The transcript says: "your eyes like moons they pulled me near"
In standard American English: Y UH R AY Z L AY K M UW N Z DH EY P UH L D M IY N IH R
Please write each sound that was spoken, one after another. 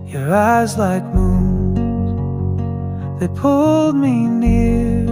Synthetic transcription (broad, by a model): Y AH R AY Z L AY K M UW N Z DH EY P UH L D M IY N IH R